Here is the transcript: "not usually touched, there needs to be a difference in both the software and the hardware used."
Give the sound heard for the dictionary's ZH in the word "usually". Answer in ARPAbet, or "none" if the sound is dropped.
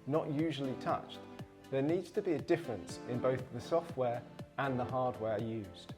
ZH